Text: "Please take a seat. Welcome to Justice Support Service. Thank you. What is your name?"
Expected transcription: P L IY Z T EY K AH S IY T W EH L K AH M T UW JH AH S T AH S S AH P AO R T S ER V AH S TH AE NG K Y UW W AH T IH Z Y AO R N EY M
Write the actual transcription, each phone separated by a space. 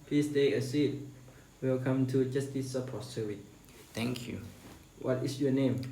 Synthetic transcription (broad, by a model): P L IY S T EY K AH S IY T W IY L K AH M T UW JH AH S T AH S S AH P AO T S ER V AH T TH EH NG K Y UW W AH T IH S Y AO N EY M